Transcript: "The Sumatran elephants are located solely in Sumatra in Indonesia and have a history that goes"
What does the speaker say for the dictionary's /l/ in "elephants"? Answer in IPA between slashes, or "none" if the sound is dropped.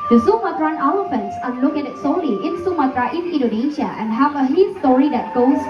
/w/